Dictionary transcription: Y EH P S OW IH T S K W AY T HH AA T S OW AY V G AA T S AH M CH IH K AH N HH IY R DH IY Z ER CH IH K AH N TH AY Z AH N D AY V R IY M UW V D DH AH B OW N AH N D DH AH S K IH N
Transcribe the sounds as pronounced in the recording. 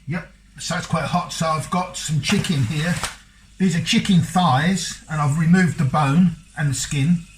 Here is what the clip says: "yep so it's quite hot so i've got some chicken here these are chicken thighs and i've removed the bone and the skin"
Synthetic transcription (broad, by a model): Y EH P S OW IH T S K W AY T HH AA T S OW AY V G AA T S AH M CH IH K AH N HH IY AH DH IY Z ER CH IH K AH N TH AY Z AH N AY V R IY M UW V DH AH B OW N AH N DH AH S K IH N